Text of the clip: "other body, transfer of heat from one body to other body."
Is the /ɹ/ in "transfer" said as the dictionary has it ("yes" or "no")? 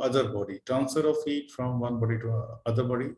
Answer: no